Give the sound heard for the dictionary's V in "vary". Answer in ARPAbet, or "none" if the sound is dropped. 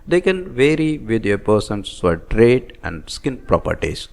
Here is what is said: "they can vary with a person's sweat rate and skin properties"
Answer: V